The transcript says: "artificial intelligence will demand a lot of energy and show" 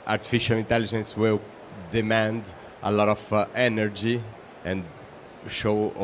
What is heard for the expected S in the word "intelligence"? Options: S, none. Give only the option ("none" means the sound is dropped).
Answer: S